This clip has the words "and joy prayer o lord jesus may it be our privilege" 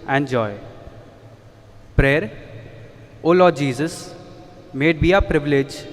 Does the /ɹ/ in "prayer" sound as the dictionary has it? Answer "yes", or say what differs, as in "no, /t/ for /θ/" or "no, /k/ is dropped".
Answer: yes